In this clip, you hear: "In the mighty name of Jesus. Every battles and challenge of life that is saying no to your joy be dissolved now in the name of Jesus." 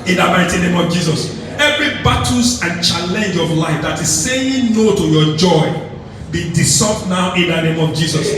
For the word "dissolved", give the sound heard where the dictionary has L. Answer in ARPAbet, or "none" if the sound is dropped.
none